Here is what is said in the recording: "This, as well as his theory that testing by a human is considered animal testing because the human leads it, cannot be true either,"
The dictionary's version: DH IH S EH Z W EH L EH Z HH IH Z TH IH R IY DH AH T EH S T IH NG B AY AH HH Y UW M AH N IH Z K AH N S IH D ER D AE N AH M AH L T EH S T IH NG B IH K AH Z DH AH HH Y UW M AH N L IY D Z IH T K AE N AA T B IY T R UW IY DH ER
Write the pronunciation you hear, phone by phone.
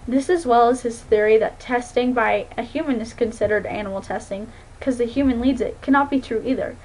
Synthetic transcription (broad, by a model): DH IH S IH Z W EH L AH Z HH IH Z TH IH R IY DH AH T EH S T IH NG B AY AH HH Y UW M AH N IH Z K AH N S IH D ER D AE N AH M L T EH S T IH NG K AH Z DH AH HH Y UW M AH N L IY D Z IH T K AE N AA T B IY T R UW IY DH ER